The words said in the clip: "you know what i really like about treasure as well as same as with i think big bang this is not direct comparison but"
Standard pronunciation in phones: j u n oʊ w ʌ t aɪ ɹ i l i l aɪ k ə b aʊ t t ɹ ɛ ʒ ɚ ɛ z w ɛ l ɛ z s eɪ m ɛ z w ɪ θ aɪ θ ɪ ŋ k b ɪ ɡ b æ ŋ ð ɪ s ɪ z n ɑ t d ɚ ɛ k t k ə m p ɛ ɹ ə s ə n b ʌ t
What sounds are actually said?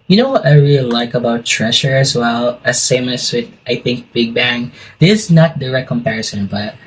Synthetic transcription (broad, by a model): j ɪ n oʊ w ʌ t aɪ ɹ i l i l aɪ k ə b aʊ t t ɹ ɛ ʃ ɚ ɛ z w ɛ l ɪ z s eɪ m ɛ s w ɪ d aɪ θ ɪ ŋ k b ɪ ɡ b æ ŋ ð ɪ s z n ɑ t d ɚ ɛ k k ə m p ɛ ɹ ə s ə n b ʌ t